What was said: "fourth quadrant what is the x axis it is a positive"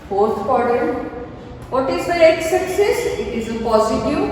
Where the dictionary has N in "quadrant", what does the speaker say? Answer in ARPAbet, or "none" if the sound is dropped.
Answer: none